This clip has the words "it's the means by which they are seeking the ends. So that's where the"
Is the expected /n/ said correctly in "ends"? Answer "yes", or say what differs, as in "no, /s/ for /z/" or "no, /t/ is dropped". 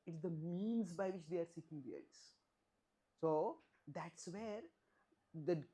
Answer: no, /n/ is dropped